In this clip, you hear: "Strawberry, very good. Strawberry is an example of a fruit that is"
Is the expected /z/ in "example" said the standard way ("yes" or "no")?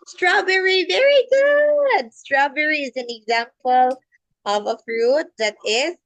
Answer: yes